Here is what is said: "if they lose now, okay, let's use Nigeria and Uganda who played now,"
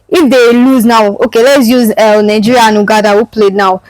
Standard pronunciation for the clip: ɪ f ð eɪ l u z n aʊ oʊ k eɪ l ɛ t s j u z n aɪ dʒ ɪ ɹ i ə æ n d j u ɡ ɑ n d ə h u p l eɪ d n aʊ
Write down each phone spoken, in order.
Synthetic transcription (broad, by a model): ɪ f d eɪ l u z n aʊ oʊ k eɪ l ɛ t s j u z n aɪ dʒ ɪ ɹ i n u ɡ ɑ d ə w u p l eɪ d n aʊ